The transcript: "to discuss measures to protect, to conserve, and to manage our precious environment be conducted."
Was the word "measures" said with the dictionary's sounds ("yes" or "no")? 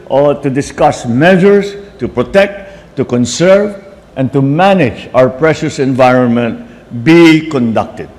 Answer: no